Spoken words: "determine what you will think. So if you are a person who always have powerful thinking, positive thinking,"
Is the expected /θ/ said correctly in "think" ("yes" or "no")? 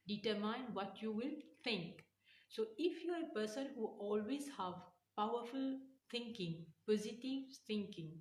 no